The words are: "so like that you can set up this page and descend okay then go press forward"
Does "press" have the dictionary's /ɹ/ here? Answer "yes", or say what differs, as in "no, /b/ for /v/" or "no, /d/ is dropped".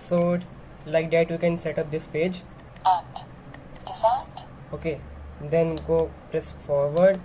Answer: yes